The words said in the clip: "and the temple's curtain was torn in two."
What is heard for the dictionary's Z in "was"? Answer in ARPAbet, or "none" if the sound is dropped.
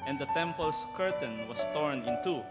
S